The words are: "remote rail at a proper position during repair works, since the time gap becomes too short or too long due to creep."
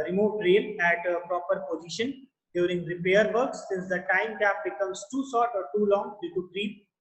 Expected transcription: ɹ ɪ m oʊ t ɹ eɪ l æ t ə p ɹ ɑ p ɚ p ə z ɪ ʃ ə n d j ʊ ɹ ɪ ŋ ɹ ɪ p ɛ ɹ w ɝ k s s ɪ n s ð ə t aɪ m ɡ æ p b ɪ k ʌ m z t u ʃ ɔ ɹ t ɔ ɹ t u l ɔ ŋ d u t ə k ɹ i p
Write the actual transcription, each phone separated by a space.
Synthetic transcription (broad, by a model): ɹ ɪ m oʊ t ɹ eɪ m æ t ə p ɹ ɑ p ɚ p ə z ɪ ʃ ə n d j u ɹ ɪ ŋ ɹ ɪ p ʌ ɹ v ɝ k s s ɪ n s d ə t aɪ m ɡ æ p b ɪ k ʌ m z t u s ɔ t ɔ ɹ t u l ɔ ŋ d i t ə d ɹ i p